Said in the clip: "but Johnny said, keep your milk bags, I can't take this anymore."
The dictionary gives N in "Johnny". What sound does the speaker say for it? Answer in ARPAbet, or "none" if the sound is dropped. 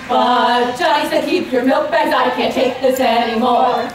none